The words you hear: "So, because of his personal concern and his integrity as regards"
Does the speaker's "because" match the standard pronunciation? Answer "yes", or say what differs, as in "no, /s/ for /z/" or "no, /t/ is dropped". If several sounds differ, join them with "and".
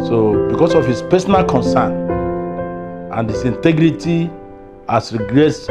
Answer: no, /s/ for /z/